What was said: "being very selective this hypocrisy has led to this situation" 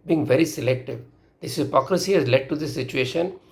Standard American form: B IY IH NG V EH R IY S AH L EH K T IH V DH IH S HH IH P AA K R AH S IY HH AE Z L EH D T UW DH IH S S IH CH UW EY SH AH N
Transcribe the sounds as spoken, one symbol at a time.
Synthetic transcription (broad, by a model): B IY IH NG V EH R IY S AH L EH K T IH V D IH S HH IH P AA K R AH S IY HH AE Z L EH D T UW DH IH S S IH CH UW EY SH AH N